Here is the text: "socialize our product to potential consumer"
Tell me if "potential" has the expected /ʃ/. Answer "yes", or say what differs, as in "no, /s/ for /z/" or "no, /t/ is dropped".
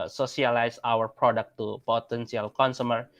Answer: no, /s/ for /ʃ/